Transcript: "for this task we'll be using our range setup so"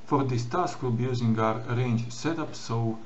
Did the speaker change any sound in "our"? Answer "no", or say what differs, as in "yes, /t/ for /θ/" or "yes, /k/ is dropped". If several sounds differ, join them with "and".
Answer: no